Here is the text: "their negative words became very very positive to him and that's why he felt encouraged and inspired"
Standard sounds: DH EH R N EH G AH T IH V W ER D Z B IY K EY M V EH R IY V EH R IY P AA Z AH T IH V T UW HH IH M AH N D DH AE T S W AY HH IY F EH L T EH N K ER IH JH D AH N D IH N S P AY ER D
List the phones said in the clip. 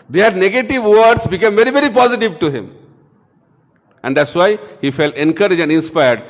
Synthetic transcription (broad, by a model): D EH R N EH G AH T IH V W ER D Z B IY K EY M V EH R IY V EH R IY P AA Z AH T IH V T UW HH IH M AH N D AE T S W AY HH IY F EH L T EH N K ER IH JH AH N D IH N S P AY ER D